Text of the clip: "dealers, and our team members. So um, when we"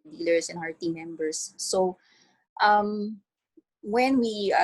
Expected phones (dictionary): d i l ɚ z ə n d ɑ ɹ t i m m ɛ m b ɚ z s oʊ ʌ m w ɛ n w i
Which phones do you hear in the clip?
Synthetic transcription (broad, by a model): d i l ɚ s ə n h ɑ ɹ t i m m ɛ m b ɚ s oʊ ʌ m w ɛ n w i